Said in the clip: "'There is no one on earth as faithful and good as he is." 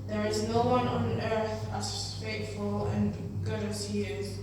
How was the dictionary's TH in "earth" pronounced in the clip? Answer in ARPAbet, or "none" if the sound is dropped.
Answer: TH